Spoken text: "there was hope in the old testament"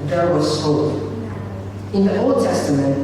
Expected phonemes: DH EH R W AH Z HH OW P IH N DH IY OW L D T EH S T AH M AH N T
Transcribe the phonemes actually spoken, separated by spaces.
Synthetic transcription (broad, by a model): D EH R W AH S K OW IH N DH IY OW L D T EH S T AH M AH N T